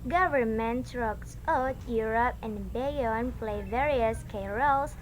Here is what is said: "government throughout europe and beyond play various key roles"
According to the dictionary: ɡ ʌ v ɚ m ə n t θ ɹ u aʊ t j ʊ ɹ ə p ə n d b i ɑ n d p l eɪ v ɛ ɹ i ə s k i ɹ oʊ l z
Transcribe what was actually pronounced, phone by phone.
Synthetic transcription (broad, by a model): ɡ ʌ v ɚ m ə n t ɹ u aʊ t j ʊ ɹ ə p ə n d b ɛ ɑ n p l eɪ v ɛ ɹ i ə s k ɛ ɹ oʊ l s